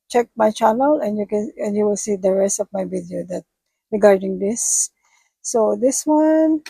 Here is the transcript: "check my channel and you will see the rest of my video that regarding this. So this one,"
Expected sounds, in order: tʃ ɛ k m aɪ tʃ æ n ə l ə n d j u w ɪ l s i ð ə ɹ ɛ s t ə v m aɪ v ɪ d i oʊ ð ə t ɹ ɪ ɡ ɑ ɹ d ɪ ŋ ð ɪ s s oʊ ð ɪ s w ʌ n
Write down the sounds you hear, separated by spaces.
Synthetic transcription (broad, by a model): tʃ ɛ k m aɪ tʃ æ n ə l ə n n j u w ɪ l s i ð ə ɹ ɛ s t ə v m aɪ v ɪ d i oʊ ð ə t ɹ ɪ ɡ ɑ ɹ d ɪ ŋ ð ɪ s s oʊ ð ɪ s w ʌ n